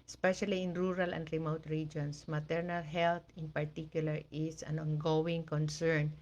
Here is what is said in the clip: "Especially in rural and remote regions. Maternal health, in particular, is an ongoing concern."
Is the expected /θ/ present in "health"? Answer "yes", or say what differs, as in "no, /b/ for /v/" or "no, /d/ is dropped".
no, /t/ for /θ/